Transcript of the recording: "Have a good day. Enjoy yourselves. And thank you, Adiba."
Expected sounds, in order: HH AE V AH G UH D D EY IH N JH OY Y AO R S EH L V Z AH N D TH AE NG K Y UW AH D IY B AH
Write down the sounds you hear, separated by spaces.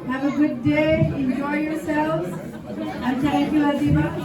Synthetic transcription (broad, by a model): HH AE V AH G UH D D EY IH N JH OY Y AO R S EH L V Z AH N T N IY K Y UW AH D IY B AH